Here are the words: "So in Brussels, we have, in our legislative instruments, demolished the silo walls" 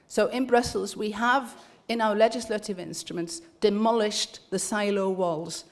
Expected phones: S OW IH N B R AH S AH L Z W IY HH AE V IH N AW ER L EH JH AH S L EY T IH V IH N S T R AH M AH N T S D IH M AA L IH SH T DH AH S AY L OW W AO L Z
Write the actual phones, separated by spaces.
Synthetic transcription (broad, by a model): S OW IH N B R AH S AH L Z W IY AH V IH N AW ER L EH JH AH S L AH T IH V IH N S T R AH M AH N T S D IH M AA L IH SH DH AH S AY L OW W AO L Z